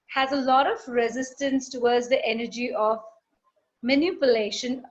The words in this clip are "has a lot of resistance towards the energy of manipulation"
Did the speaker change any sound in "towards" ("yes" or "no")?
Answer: yes